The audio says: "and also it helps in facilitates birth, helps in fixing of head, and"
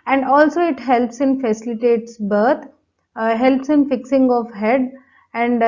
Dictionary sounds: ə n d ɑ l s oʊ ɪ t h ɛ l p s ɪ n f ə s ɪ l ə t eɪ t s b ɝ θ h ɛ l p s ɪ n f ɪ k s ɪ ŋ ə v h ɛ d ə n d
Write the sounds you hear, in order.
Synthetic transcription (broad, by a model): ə n d ɑ l s oʊ ɪ t h ɛ l p s ɪ n f ə s ɪ l ə t eɪ t s b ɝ t h ɛ l p s ɪ n f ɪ k s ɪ ŋ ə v h ɛ d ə n d